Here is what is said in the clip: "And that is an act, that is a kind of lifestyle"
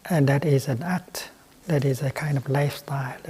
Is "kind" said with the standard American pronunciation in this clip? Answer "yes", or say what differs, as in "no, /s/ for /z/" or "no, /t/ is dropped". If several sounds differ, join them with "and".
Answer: yes